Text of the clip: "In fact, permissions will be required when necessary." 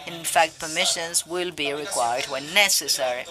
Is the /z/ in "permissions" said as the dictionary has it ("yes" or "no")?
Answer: yes